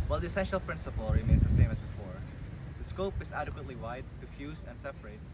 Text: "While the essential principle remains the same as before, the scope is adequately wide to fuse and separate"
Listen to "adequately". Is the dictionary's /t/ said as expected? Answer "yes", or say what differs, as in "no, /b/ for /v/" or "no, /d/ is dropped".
yes